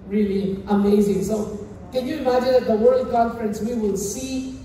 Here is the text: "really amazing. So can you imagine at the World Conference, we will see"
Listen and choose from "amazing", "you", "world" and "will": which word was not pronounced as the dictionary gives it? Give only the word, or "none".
none